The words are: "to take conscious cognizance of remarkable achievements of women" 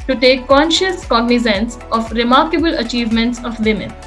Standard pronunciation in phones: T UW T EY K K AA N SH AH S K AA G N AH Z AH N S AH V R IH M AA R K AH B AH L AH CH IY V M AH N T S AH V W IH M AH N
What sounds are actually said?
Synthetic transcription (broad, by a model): T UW T EY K K AA N SH AH S K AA G N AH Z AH N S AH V R IH M AA R K AH B AH L AH CH IY V M AH N T S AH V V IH M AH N